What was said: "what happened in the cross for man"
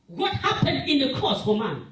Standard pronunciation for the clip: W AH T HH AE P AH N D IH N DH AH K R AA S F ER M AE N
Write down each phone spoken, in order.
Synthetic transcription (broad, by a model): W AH T HH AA P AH N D IH N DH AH K AA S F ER M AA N